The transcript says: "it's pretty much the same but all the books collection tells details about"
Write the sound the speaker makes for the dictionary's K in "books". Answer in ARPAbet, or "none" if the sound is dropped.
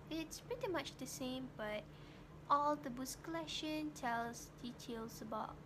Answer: none